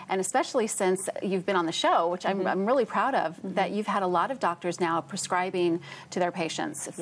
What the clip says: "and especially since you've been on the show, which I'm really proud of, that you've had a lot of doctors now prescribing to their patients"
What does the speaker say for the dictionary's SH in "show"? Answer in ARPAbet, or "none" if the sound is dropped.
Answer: SH